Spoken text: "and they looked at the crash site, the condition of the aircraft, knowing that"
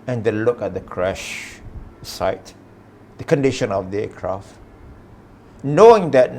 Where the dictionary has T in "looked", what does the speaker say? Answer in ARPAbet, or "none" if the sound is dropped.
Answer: none